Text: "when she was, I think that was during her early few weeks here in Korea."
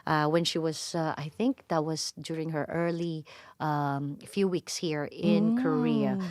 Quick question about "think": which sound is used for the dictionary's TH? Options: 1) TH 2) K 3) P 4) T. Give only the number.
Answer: 1